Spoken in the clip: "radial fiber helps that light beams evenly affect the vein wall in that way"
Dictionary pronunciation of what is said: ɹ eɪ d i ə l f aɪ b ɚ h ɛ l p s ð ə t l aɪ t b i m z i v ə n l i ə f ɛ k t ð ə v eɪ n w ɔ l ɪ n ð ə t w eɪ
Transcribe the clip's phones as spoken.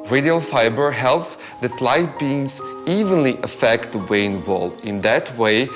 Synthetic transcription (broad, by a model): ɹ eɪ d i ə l f aɪ b ɚ h ɛ l p s ð ə t l aɪ t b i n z i v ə n l i ə f ɛ k t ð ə w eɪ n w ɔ l ɪ n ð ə t w eɪ